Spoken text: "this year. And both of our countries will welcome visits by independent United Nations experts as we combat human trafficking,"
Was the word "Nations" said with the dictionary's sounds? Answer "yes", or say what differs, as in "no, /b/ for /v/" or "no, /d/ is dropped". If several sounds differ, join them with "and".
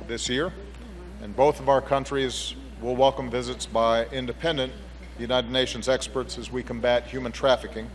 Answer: yes